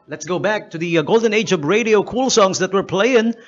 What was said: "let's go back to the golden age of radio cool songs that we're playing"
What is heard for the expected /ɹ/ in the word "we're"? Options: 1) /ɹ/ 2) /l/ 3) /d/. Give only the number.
1